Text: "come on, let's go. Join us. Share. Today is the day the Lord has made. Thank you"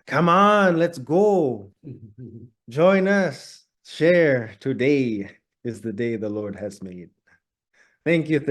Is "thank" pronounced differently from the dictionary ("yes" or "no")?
no